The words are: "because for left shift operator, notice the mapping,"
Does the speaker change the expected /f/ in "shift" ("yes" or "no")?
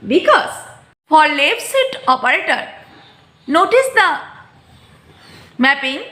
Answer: yes